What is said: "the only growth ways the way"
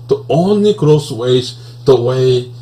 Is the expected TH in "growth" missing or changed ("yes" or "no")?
yes